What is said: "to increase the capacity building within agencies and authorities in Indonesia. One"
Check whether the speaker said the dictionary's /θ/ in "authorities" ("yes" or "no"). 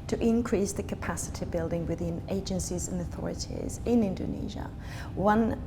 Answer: yes